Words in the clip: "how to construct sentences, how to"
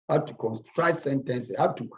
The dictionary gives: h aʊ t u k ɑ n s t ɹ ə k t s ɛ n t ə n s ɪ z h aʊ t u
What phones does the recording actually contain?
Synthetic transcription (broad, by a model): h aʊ t u k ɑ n s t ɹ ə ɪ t s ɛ n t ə n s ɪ h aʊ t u